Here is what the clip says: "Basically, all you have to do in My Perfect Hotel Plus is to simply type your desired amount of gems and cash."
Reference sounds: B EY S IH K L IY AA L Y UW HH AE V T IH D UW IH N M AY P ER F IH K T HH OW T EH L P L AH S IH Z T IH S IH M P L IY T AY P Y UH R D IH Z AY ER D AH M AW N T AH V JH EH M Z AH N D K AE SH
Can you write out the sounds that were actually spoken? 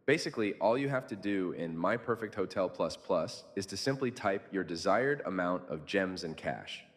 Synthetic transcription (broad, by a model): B EY S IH K L IY AA L Y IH HH AE F T IH D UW IH N M AY P ER F IH K T HH OW T EH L P L AH S IH Z T IH S IH M P L IY T AY P Y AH R D IH Z AY ER D AH M AW N T AH V JH EH M Z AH N K AE SH